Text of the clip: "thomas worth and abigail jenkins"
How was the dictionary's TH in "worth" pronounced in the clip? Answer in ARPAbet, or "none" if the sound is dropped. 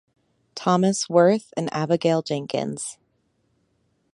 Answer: TH